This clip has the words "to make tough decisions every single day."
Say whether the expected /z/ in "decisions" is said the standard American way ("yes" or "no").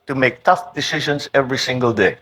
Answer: no